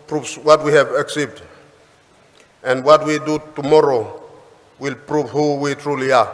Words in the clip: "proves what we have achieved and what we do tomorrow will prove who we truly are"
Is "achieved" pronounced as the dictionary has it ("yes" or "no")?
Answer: no